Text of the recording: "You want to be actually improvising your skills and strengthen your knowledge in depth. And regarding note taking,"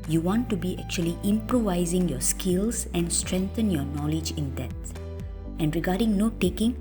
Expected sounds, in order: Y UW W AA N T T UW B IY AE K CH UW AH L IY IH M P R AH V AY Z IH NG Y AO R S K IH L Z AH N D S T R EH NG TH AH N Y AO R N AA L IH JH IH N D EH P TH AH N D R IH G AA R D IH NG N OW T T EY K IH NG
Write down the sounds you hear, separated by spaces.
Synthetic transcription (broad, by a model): Y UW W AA N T T UW B IY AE K CH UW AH L IY IH M P R AH V AY Z IH NG Y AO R S K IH L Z AH N D S T R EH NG T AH N Y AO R N AA L IH JH IH N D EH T AH N D R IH G AA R D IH NG N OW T T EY K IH NG